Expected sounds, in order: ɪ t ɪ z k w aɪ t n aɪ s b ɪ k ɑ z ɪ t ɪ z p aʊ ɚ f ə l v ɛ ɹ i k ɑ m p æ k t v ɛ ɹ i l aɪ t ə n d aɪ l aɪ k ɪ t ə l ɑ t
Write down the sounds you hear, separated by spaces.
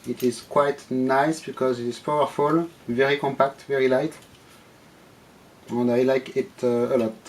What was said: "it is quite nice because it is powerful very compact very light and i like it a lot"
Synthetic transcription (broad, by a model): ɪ t ɪ z k w aɪ t n aɪ s b ɪ k ɑ z ɪ t ɪ z p aʊ ɚ f ə l v ɛ ɹ i k ɑ m p æ k t v ɛ ɹ i l aɪ t ə n d aɪ l aɪ k ɪ t ə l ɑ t